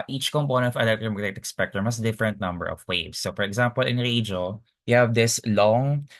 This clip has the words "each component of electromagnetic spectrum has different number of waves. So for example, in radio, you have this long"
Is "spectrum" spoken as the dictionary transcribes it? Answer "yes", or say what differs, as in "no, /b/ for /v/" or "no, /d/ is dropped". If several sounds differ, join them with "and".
no, /ɹ/ is dropped